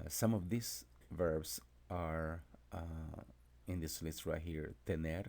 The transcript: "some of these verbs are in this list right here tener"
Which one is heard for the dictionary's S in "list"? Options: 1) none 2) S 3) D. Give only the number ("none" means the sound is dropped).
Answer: 1